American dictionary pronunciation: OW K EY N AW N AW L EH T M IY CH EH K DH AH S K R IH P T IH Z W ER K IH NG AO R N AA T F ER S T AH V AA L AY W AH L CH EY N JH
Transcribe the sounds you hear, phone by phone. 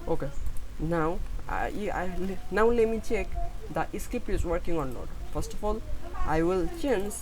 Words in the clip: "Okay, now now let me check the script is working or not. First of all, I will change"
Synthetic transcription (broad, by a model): OW K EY N AW N AW L EH T M IY CH EH K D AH S K IH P IH Z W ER K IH NG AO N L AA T F ER S T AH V AA L AY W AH L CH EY N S